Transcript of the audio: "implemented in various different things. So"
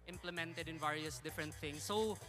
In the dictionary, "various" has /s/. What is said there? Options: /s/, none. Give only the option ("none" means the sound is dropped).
/s/